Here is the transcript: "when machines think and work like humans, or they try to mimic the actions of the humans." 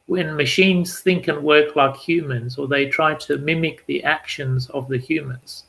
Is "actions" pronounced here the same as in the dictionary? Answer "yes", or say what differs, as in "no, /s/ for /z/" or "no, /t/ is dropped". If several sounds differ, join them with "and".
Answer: yes